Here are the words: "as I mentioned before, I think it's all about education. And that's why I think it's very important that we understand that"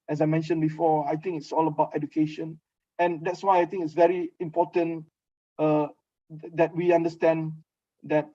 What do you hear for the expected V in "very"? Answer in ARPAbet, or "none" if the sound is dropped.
V